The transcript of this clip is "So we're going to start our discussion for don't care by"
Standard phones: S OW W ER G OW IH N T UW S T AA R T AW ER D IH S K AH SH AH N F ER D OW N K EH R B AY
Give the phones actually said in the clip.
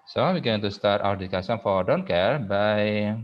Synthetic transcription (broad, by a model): S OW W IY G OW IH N T UW S T AA R T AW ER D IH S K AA S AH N F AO D OW N K EH R B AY